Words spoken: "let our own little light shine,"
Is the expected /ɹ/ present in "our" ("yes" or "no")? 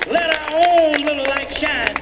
yes